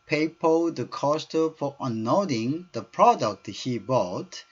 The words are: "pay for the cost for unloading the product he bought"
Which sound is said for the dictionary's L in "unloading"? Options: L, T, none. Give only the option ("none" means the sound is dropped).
none